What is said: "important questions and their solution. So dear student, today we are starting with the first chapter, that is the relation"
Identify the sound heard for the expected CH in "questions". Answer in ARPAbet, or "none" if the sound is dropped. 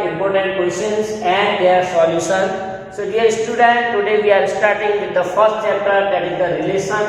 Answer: none